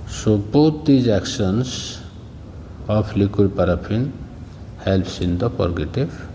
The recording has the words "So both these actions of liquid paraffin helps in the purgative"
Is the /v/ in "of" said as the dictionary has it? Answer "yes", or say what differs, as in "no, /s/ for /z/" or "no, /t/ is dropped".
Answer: no, /p/ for /v/